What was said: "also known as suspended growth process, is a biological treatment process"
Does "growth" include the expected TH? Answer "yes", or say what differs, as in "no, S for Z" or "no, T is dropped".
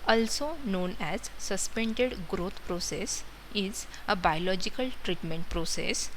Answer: no, T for TH